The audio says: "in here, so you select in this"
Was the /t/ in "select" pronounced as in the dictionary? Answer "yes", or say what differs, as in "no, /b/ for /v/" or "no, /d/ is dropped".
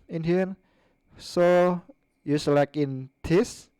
no, /t/ is dropped